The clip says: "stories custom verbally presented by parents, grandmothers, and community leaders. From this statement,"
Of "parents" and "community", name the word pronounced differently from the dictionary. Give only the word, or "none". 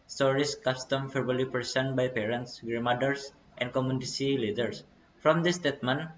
community